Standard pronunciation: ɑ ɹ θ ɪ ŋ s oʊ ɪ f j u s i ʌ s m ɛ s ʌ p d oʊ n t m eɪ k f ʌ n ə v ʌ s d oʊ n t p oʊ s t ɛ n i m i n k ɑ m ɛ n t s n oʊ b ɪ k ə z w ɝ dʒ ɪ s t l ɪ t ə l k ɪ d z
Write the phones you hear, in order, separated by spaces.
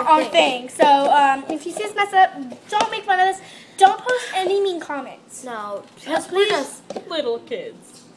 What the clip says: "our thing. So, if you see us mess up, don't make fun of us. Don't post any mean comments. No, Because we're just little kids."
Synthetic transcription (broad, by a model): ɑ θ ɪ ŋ s oʊ ɪ f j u s i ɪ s m ɛ s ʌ d oʊ n t m eɪ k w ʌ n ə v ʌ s d oʊ n t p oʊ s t ɛ n i m i n k ɑ m ɛ n t s n oʊ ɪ ə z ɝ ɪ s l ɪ t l k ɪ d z